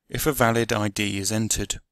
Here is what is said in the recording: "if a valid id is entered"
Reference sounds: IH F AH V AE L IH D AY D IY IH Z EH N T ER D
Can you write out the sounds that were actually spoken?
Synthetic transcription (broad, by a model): IH F AH V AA L IH D AY D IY IH Z EH N T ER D